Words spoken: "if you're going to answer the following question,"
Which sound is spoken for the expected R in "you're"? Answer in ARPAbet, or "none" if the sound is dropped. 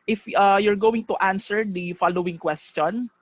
R